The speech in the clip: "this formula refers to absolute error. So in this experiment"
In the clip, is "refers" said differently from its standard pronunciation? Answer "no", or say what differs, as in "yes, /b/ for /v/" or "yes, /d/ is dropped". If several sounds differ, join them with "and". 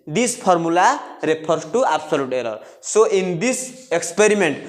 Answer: yes, /p/ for /f/ and /s/ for /z/